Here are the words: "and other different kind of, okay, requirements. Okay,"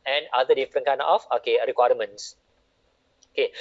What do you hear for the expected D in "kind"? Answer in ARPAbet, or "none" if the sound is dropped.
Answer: none